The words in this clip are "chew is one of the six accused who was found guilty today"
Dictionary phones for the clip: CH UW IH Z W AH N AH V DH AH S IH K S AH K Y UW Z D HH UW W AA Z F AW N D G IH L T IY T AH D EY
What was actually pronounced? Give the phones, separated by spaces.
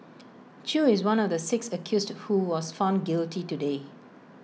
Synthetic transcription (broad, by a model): CH UW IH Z W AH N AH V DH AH S IH K S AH K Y UW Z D HH UW W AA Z F AW N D G IH L T IY T AH D EY